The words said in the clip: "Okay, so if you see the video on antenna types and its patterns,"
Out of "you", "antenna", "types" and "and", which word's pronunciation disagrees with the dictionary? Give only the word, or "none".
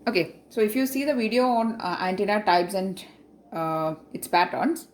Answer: types